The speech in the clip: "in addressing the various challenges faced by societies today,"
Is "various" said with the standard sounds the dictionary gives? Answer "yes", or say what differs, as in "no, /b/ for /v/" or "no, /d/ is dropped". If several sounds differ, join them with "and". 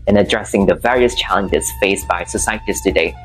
yes